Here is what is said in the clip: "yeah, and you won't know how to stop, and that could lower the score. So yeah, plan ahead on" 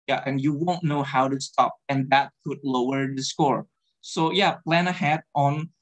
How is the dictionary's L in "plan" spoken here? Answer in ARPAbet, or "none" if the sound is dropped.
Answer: L